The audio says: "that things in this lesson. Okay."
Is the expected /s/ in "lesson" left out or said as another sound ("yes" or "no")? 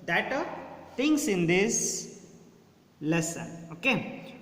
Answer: no